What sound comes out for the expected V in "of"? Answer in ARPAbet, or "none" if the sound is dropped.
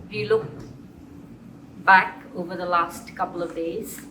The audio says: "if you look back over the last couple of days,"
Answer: V